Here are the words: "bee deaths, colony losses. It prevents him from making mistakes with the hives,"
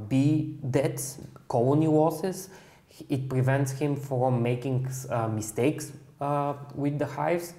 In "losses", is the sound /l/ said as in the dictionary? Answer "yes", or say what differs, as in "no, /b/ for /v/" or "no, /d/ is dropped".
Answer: no, /w/ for /l/